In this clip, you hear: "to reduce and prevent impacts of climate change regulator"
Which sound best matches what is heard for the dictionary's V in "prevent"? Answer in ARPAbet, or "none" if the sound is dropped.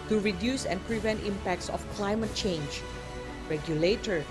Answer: V